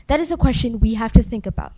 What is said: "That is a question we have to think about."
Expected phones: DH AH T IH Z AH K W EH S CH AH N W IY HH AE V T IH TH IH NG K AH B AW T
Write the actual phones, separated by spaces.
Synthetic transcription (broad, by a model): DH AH T IH Z AH K W EH S CH AH N W IY HH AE F T IH TH IH NG K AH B AW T